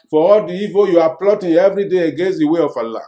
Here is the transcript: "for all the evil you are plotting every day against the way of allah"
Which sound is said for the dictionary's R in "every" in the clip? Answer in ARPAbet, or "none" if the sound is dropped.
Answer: R